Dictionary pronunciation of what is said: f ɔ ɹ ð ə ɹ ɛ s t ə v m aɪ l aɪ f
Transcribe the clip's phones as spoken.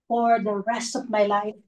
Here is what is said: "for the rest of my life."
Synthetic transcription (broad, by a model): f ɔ ɹ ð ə ɹ ɛ s t ə v m aɪ l aɪ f